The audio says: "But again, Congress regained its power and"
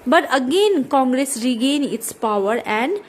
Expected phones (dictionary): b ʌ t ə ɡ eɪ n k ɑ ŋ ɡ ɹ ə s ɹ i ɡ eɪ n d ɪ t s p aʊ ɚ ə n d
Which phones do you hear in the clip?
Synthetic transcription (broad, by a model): b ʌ t ə ɡ eɪ n k ɑ ŋ ɡ ɹ ə s ɹ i ɡ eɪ n ɪ t s p aʊ ɚ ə n d